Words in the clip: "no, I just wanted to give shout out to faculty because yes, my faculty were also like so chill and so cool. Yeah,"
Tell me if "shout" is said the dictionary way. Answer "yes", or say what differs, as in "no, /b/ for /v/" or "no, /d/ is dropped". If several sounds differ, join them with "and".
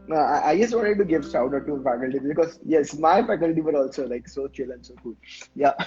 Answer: no, /s/ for /ʃ/